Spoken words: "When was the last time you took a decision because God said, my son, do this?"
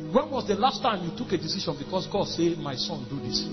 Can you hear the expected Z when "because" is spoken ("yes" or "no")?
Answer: no